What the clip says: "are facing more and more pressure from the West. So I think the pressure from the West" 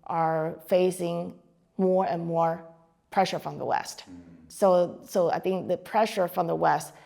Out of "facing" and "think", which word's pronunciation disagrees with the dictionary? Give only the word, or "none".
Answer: none